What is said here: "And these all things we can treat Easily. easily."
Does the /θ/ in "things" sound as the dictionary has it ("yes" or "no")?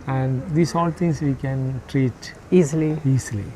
no